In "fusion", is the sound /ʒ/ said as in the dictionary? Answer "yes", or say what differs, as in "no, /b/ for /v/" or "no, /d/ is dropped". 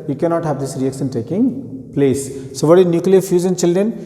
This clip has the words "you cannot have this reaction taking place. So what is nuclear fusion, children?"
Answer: no, /z/ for /ʒ/